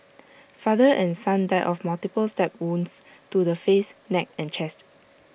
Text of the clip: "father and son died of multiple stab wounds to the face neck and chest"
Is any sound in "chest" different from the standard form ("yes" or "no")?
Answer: no